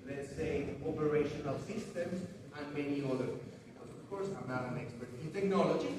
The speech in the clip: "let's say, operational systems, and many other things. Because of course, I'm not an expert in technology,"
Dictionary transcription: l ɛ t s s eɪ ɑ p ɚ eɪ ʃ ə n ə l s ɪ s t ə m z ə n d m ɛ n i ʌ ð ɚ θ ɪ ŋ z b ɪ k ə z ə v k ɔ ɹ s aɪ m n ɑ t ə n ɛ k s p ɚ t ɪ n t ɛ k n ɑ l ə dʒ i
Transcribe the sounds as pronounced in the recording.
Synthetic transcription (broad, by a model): l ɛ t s s eɪ ɑ p ɚ eɪ ʃ ə n ə l s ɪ s t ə m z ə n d m ɛ n i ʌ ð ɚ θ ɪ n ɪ ə ə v k ɔ ɹ s aɪ m n ɑ t ə n ɛ k s p ɚ t ɪ n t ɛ k n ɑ l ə dʒ i